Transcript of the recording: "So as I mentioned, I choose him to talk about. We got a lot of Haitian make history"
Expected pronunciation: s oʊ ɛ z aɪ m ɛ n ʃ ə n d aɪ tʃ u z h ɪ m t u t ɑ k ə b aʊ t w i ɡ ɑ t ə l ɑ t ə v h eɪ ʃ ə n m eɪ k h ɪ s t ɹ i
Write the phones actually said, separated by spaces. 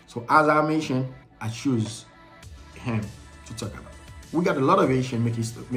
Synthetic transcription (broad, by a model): s oʊ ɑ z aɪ m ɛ ʃ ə n aɪ tʃ u z h ɪ m t u t ɑ k ə b aʊ t w i ɡ ɑ t ə l ɑ t ə v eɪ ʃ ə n m eɪ k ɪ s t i